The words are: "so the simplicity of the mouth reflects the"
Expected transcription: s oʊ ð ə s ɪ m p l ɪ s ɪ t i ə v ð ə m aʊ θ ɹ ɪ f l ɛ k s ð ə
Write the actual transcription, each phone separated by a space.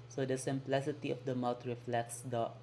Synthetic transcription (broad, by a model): s oʊ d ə s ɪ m p l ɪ s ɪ t i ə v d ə m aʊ t ɹ ɪ f l ɛ k s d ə